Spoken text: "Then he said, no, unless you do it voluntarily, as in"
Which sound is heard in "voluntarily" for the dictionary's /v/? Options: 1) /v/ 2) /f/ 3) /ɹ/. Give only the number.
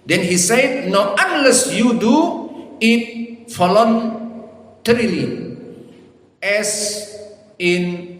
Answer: 2